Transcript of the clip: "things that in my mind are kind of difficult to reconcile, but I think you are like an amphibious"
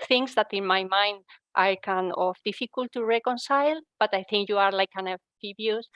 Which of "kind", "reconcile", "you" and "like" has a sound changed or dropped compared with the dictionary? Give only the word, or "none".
kind